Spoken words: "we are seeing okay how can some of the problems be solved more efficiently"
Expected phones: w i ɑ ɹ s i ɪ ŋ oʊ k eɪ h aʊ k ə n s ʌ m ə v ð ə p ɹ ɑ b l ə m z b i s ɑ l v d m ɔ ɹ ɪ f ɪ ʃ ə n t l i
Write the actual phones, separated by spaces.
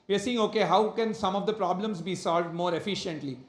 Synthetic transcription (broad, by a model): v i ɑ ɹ s i ɪ ŋ oʊ k eɪ h aʊ k ə n s ʌ m ə v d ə p ɹ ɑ b l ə m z b i s ɑ l v d m ɔ ɹ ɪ f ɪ ʃ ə n t l i